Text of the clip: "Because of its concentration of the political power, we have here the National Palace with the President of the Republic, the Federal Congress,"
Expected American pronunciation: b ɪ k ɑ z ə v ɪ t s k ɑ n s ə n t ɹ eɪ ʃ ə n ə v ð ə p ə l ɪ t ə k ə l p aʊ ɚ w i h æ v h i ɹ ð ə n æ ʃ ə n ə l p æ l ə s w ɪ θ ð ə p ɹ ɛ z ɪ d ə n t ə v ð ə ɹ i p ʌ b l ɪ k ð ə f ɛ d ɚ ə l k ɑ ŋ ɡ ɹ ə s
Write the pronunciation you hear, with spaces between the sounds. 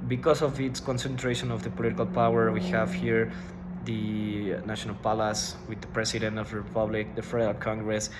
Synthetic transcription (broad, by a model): b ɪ k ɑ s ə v ɪ t s k ɑ n s ə n t ɹ eɪ ʃ ə n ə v ð ə p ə l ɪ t k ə l p aʊ ɚ w i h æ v h i ɹ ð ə n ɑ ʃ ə n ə l p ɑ l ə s w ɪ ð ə p ɹ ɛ s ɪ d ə n t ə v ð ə ɹ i p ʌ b l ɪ k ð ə f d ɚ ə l k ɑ ŋ ɡ ɹ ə s